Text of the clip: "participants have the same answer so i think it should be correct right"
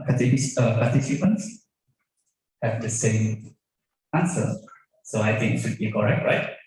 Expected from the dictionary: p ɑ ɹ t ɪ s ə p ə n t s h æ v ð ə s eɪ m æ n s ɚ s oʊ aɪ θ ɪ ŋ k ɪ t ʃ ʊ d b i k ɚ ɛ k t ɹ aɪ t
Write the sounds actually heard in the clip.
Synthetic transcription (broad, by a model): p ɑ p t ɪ s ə p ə n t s h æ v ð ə s eɪ m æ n s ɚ s oʊ aɪ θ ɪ ŋ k ɪ t ʃ ʊ d b i k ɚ ɛ k t ɹ aɪ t